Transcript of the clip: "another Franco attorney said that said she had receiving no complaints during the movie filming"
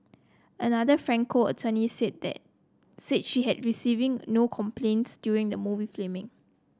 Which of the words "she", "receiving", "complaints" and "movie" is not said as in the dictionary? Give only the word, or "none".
none